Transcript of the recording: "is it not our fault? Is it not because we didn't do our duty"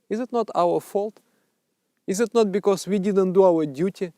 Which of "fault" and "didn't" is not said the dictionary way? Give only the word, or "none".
none